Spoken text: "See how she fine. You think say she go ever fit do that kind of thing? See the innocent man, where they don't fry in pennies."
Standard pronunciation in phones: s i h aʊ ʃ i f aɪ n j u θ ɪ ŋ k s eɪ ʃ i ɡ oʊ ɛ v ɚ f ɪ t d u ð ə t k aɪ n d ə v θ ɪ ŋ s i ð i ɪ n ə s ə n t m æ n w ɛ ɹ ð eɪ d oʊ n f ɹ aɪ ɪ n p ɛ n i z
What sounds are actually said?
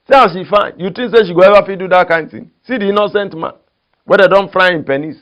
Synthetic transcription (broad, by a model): s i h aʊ ʃ i f aɪ n j u t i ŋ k s eɪ ʃ i ɡ oʊ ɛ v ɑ f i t d u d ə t k aɪ n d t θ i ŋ s i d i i n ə s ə n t m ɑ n w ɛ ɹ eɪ d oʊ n f ɹ aɪ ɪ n p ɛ n i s